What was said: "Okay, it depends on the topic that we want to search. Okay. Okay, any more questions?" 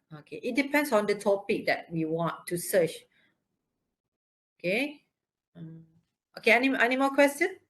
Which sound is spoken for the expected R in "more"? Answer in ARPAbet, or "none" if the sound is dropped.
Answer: L